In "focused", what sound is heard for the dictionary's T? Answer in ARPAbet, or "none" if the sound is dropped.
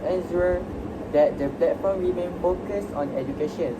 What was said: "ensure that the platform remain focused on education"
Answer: none